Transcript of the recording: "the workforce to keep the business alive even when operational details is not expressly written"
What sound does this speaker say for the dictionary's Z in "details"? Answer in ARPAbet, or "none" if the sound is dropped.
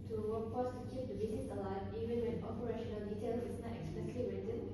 none